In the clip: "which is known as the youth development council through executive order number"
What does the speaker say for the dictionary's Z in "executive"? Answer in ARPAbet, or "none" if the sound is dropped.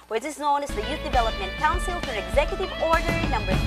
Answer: Z